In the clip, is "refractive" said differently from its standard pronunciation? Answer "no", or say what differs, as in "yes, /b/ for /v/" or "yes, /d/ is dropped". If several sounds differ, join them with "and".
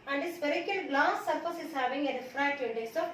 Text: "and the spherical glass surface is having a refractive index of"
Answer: yes, /k/ is dropped